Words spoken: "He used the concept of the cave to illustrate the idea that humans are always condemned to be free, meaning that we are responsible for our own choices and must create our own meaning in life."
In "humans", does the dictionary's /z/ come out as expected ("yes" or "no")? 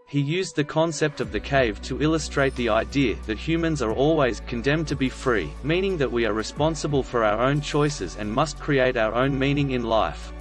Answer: yes